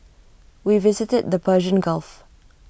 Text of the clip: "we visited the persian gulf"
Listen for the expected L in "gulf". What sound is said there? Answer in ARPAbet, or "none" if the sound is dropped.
L